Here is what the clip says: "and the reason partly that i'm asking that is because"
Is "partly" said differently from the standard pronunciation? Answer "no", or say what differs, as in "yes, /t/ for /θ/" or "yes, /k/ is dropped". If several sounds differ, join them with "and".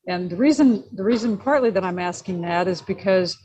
no